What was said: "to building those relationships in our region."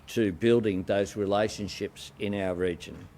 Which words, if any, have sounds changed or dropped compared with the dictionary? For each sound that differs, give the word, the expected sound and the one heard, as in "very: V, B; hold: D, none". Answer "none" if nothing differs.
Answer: none